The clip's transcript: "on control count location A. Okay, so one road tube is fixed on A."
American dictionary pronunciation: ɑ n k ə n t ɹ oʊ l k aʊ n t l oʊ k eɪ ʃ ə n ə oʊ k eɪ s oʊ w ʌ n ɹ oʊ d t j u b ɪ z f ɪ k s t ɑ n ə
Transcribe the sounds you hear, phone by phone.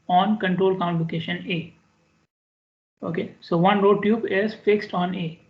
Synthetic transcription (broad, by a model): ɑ n k ə n t ɹ oʊ l k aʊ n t l oʊ k eɪ ʃ ə n ə oʊ k eɪ s oʊ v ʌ n ɹ oʊ d t j u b ɪ z f ɪ k s t ɑ n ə